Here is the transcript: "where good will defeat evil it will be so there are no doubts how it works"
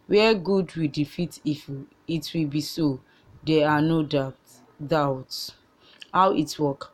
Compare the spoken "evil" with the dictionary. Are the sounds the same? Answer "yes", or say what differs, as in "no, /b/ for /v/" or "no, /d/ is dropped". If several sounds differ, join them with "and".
no, /f/ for /v/